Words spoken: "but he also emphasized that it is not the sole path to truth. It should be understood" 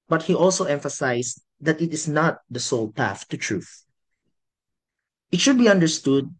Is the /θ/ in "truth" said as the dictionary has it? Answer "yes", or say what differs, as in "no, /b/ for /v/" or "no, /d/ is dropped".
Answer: yes